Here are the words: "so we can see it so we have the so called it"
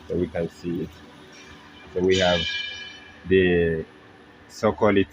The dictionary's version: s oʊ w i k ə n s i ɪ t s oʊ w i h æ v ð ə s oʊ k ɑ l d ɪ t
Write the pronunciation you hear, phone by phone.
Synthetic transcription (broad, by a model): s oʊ w i k ə n s i ɪ t s oʊ w i h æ v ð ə s oʊ k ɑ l ɪ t